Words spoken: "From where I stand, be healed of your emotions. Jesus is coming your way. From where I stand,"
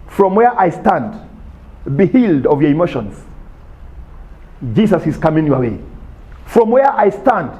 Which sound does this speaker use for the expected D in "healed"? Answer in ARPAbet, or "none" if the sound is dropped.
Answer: D